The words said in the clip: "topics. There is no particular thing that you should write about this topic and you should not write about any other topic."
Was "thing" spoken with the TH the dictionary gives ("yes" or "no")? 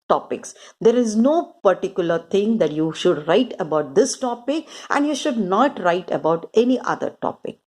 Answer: no